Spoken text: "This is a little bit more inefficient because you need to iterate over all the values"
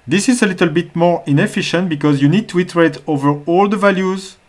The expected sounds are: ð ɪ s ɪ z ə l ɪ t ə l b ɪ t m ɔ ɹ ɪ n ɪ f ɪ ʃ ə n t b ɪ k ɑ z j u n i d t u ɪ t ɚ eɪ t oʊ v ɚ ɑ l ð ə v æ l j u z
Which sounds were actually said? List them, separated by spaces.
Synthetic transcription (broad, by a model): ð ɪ s ɪ z ə l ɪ t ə l b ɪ t m ɔ ɹ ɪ n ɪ f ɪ ʃ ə n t b ɪ k ɑ z j u n i d t u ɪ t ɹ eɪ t oʊ v ɚ ɑ l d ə v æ l j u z